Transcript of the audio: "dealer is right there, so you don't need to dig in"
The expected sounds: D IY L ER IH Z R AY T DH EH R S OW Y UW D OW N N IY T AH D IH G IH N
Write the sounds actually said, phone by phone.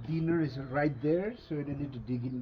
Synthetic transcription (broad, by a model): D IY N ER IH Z R AY T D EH R S OW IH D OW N L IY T D IH G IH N